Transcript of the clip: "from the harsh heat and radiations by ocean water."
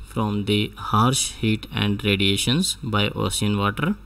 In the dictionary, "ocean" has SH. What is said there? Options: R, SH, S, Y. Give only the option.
S